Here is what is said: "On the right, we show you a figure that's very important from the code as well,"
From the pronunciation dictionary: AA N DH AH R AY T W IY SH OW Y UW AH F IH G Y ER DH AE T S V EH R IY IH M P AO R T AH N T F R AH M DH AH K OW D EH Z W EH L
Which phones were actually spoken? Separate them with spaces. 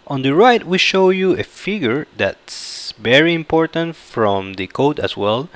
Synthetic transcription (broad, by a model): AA N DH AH R AY T W IY SH OW Y UW AH F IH G Y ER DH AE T S V EH R IY IH M P AO R T AH N T F R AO M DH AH K OW D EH S W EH L